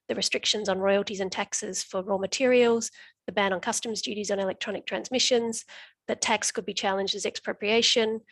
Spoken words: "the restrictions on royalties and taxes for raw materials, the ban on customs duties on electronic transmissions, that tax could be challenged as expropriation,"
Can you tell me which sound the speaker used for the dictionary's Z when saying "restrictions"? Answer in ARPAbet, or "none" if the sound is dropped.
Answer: Z